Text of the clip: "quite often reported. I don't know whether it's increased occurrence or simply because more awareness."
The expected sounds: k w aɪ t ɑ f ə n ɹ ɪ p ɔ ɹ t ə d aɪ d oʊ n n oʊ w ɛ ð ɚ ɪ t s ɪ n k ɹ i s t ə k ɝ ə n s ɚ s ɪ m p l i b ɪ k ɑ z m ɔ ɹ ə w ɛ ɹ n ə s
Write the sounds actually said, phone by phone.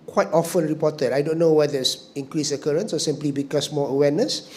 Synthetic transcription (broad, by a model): k w aɪ t ɑ f ə n ɹ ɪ p ɔ t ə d aɪ d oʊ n n oʊ w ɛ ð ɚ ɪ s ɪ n k ɹ i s ə k ɝ ə n s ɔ s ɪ m p l i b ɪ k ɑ s m ɔ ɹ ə w ɛ n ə s